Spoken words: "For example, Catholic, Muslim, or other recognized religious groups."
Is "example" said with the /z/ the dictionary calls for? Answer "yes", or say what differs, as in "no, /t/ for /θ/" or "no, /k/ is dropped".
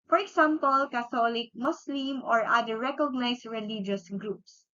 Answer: no, /s/ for /z/